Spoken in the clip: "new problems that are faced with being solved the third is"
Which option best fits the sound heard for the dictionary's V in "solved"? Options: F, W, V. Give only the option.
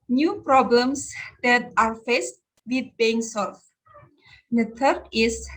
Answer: F